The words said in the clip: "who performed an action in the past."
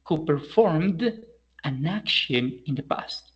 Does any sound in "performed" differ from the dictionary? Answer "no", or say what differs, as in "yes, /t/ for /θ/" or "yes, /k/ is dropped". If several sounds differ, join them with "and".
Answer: no